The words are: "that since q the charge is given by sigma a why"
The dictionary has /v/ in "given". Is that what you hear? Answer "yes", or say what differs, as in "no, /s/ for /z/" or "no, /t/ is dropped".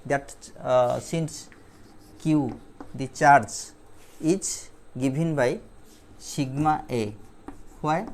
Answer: no, /b/ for /v/